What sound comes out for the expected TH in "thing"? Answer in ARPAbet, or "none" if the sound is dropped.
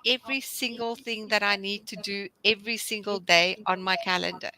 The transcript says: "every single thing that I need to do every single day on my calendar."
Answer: TH